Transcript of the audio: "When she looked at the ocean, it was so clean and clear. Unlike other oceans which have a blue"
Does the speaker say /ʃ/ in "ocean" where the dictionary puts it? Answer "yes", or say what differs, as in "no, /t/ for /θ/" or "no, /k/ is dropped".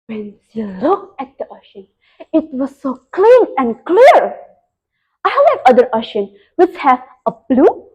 yes